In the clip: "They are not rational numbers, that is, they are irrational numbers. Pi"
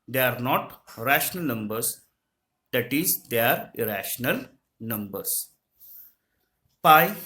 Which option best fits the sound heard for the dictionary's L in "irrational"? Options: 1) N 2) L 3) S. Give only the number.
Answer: 2